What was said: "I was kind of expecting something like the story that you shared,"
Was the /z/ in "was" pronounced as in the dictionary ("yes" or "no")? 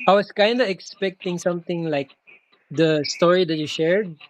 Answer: no